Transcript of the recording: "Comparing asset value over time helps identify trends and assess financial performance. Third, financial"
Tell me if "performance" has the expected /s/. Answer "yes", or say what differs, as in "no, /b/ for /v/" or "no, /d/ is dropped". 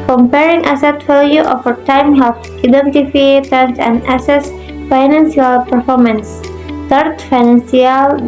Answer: yes